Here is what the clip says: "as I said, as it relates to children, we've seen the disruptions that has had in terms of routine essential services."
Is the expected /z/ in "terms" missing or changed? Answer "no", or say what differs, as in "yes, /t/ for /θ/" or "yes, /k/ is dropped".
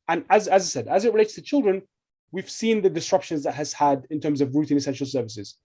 no